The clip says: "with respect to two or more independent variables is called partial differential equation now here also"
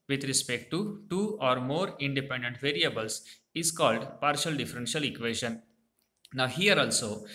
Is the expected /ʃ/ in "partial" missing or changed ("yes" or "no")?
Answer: no